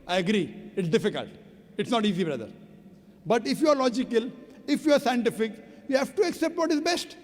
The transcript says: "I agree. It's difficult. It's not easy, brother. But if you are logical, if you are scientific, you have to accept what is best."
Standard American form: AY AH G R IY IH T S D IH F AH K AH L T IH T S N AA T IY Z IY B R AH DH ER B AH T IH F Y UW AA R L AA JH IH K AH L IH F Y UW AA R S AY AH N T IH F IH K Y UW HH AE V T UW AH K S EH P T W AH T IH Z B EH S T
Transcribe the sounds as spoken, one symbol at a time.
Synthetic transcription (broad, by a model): AY AH G R IY IH T S D IH F AH K AH L T IH T S N AA T IY Z IY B R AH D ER B AH T IH F Y UW AA R L AA JH IH K AH L IH F Y UW AA R S AY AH N T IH F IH K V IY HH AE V T UW AH K S EH P T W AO T IH Z B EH S T